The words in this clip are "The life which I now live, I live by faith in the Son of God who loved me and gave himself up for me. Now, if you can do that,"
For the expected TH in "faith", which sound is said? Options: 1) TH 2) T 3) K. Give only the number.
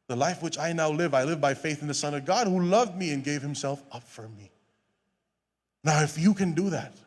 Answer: 1